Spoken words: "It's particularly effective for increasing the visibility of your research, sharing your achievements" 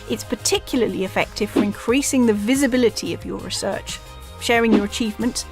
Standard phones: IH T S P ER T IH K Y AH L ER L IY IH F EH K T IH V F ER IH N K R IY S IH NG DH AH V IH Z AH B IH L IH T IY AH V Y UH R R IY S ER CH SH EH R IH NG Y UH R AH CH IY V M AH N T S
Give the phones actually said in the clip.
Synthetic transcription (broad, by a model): IH T S P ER T IH K Y L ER L IY IH F EH K T IH V F ER IH N K R IY S IH NG DH AH V IH Z AH B IH L IH T IY AH V Y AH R R IY S ER CH SH EH R IH NG Y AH R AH CH IY V M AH N T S